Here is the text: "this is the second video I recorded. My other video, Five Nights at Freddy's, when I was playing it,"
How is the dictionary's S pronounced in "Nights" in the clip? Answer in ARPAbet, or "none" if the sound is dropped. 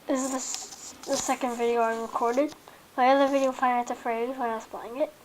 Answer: none